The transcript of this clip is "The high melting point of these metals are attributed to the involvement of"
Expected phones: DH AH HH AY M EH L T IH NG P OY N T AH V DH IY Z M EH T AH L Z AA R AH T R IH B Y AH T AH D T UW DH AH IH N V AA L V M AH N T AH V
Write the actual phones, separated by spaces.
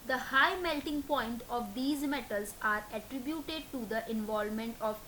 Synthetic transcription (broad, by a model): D AH HH AY M EH L T IH NG P OY N T AH V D IY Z M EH T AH L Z AA R AH T R IH B Y AH T AH D T UW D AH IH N V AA L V M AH N T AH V